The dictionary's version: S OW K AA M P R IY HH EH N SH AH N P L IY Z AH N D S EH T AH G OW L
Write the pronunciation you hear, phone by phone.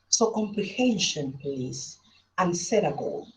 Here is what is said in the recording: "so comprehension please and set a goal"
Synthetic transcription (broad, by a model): S OW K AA M P L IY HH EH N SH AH N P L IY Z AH N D S EH T AH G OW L